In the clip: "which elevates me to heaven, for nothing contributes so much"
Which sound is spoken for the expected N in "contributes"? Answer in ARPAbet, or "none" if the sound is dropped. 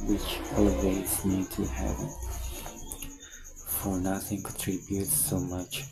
none